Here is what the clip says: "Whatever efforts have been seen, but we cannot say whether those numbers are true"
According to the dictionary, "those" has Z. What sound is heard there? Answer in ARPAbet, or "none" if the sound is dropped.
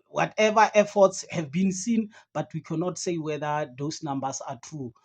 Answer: S